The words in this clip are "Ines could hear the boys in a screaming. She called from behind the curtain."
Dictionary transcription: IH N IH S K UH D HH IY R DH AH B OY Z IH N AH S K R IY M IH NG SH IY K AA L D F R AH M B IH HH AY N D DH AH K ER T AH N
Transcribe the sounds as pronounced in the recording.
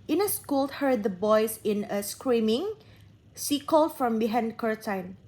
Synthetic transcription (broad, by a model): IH N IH S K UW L HH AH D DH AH B OY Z IH N AH S K R IY M IH NG S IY K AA L F R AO M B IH HH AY N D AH K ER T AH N